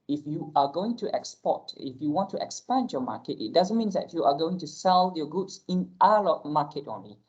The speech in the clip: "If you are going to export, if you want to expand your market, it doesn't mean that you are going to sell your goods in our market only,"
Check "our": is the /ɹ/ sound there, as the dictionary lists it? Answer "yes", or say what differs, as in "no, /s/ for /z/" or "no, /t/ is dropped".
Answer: no, /l/ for /ɹ/